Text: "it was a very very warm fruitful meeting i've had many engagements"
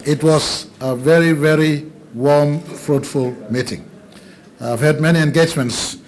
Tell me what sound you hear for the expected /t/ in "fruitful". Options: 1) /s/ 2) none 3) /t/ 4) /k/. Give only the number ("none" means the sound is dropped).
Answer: 3